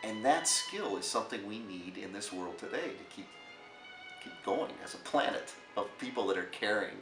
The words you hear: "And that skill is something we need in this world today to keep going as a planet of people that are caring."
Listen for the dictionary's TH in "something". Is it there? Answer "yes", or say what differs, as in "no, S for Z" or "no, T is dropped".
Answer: yes